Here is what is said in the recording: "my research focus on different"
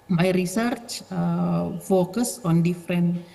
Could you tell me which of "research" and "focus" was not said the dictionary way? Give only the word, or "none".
none